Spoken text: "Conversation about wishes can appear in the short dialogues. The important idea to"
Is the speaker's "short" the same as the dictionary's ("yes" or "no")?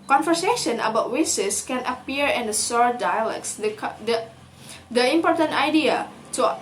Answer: no